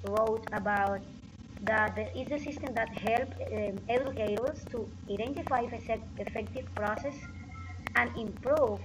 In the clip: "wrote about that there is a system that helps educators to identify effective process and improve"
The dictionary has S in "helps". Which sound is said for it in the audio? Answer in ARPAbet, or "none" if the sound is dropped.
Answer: none